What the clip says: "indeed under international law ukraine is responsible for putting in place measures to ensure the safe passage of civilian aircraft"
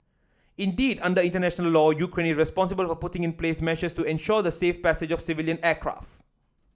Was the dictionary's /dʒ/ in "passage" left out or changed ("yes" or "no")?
no